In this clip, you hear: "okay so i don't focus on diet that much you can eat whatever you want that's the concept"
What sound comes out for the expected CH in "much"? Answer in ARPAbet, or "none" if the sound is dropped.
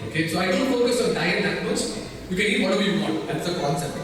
S